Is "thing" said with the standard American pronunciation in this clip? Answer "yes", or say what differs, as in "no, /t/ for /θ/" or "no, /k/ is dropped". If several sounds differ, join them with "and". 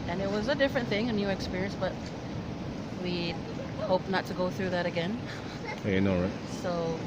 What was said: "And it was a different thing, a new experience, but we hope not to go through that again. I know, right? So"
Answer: yes